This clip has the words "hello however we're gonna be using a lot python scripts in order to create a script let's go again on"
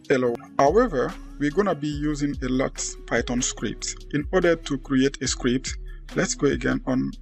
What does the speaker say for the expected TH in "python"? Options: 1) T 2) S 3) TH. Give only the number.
1